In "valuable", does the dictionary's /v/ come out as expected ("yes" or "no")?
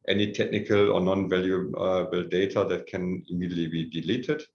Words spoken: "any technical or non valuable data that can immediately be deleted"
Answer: yes